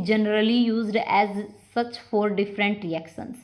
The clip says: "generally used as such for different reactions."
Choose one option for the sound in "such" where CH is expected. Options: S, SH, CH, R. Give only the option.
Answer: CH